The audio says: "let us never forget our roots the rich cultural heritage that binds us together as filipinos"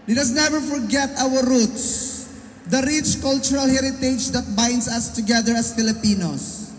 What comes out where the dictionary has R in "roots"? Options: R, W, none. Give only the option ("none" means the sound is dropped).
R